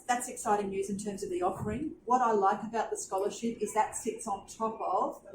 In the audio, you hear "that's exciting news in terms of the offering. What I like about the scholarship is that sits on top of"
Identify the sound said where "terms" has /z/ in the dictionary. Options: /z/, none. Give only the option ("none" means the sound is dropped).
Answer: /z/